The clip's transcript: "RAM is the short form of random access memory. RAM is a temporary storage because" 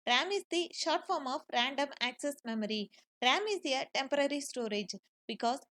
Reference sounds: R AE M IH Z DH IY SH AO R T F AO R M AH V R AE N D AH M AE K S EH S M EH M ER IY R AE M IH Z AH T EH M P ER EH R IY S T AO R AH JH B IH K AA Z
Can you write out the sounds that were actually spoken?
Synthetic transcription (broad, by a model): R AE M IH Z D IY SH AO R T F AO R M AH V R AE N D AH M AE K S EH S M EH M ER IY R AE M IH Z AH T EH M P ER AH R IY S T AO R AH JH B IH K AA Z